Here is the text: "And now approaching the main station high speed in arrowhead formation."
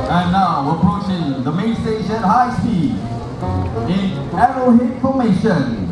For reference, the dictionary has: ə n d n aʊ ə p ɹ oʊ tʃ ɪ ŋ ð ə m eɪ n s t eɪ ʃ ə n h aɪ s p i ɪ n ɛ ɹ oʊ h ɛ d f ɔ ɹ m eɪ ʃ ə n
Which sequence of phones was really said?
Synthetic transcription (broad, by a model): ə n n aʊ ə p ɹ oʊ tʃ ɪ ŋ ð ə m eɪ n s t eɪ ʃ ə n h aɪ s i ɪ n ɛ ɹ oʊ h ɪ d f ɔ m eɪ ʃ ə n